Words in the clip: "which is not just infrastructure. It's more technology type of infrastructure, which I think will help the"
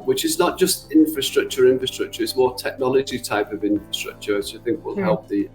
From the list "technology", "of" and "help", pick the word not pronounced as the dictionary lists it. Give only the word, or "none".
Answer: none